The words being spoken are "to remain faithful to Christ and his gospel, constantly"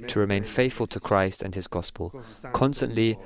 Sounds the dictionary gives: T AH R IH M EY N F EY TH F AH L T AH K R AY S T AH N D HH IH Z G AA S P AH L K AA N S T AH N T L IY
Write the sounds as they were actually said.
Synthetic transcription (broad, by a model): T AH R IH M EY N F EY TH F AH L T AH K R AY S T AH N IH Z G AA S P AH L K AA N S T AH N T L IY